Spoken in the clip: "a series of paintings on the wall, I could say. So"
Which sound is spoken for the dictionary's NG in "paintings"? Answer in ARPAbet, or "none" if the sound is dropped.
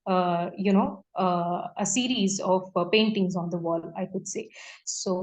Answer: NG